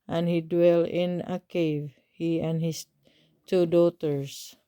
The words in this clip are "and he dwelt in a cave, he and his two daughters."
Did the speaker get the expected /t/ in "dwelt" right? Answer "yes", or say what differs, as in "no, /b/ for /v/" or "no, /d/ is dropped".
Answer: no, /t/ is dropped